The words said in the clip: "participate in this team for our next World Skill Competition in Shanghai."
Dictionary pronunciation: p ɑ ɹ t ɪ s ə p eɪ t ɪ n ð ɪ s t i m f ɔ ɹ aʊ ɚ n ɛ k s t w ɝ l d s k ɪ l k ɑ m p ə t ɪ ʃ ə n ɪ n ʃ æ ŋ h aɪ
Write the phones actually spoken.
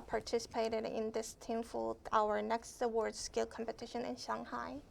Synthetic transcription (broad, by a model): p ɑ ɹ t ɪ s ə p eɪ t ɪ n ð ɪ s t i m f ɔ l aʊ ɚ n ɛ k s t w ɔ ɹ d s k ɪ l k ɑ m p ə t ɪ ʃ ə n ɪ n ʃ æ ŋ h aɪ